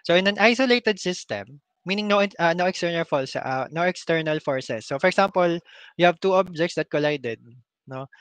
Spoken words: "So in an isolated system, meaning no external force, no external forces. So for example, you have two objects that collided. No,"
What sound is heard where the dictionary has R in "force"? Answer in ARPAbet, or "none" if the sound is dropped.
L